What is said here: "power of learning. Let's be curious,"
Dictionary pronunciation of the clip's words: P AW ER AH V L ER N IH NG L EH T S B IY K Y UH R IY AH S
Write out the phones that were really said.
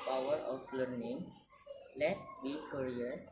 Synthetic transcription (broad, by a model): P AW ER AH F L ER N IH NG L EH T B IY K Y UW R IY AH S